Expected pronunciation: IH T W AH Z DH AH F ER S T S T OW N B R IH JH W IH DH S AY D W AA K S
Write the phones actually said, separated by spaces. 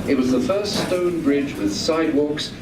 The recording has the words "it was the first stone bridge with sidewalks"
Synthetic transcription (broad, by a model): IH T W AH Z DH AH F ER S T S T OW N B R IH JH W IH DH S AY D W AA K S